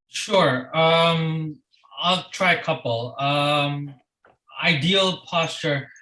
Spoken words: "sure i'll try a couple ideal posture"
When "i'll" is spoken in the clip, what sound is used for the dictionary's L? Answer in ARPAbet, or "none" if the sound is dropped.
L